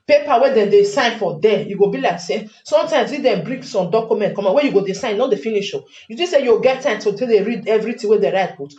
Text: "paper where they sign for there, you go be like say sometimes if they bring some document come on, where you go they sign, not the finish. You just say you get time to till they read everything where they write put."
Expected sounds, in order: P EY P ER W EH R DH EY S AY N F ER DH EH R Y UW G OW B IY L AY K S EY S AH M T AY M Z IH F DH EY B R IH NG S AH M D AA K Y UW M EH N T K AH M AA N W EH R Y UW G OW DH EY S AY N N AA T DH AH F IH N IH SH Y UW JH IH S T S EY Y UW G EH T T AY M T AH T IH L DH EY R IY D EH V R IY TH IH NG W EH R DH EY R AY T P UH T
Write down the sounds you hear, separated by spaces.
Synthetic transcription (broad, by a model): P EY P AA W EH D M EY S AY N F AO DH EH Y UW G OW B IY L AY K S EY S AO M T AY M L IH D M B R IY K S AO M D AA K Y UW M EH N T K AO M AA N W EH Y UW G OW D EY S AY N N AA T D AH F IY N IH SH Y UW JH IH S S EY Y UW G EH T T AY M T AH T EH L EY R IY D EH V R IY T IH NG W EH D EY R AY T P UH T